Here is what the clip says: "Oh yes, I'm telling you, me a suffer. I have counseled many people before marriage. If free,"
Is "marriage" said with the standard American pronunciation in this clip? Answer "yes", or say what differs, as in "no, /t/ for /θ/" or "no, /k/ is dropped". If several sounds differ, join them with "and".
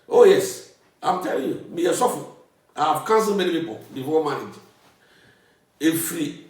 no, /ɹ/ is dropped